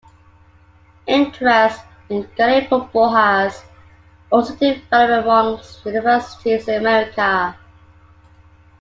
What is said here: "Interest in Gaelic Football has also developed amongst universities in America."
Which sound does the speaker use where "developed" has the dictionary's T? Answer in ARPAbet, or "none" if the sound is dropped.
none